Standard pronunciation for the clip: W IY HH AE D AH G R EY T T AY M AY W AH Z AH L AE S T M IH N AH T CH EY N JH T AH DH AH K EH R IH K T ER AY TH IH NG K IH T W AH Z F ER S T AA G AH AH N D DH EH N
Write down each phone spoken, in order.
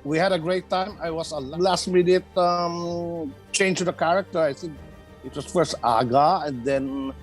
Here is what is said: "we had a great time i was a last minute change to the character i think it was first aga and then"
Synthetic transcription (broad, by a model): W IY HH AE D AH G R EY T T AY M AY W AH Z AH L AE S T M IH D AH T CH EY N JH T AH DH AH K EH R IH K T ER AY S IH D IH T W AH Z F ER S T AA G AH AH N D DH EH N